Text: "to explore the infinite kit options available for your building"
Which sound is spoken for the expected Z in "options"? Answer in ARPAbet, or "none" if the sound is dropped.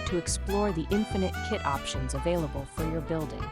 Z